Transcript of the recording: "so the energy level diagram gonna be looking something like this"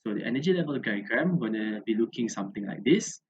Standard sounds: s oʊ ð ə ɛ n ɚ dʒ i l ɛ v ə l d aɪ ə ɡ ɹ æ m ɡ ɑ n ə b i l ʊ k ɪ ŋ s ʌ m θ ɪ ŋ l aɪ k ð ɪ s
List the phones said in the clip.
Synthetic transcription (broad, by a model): s oʊ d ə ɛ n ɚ dʒ i l ɛ v ə l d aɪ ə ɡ ɹ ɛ m ɡ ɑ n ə b i l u k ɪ ŋ s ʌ m t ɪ ŋ l aɪ k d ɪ s